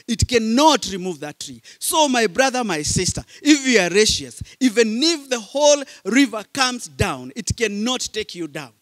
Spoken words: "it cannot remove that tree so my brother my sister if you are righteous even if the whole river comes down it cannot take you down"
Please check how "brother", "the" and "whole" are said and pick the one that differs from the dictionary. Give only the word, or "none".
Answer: none